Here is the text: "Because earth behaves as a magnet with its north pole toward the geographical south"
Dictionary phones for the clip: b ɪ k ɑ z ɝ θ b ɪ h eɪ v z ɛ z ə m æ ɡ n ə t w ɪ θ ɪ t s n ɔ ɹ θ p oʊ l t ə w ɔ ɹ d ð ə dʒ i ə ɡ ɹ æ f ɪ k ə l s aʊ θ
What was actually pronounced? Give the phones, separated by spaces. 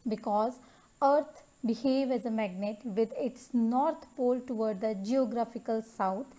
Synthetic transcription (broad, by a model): b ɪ k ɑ z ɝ t b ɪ h eɪ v ɛ z ə m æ ɡ n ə t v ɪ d ɪ t s n ɔ ɹ t p oʊ l t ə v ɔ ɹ d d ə dʒ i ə ɡ ɹ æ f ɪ k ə l s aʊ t